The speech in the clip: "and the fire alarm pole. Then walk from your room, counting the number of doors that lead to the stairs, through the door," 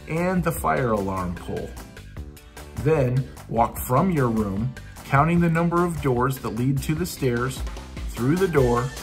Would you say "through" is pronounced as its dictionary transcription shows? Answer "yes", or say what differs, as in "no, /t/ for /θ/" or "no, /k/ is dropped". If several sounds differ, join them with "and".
yes